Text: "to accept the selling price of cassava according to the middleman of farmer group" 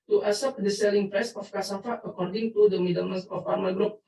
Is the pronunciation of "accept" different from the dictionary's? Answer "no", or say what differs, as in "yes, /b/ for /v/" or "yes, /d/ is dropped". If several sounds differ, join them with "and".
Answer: yes, /k/ is dropped